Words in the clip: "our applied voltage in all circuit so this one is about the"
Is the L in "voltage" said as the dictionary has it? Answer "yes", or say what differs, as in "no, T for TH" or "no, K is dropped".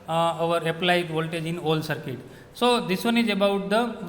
yes